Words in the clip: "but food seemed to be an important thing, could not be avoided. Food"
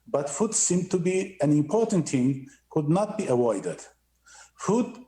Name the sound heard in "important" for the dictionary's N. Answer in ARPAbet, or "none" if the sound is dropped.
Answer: N